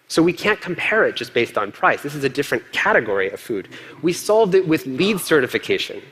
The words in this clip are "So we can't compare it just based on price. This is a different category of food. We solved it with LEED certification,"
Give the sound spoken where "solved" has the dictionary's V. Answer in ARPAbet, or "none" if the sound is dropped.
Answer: V